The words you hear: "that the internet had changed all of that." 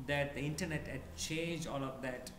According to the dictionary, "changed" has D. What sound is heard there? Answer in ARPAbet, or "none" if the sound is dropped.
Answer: none